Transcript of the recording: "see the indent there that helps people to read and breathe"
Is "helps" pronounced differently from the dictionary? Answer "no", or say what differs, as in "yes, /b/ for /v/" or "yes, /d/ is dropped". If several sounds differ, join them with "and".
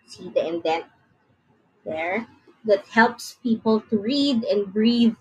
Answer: no